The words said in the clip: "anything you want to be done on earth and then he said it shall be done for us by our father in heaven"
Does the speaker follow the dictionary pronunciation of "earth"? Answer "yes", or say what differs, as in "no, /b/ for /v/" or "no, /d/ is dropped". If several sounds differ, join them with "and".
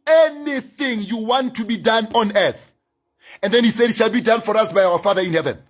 yes